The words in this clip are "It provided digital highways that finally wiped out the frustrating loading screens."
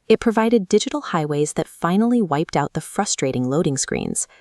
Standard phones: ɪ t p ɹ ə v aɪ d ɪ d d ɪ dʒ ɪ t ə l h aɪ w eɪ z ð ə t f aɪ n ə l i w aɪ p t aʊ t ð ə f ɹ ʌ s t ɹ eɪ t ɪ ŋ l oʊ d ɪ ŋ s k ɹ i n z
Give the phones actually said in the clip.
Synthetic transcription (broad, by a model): ɪ t p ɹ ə v aɪ d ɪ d d ɪ dʒ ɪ t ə l h aɪ w eɪ z ð ə t f aɪ n l i w aɪ p t aʊ t ð ə f ɹ ʌ s t ɹ eɪ t ɪ ŋ l oʊ d ɪ ŋ s k ɹ i n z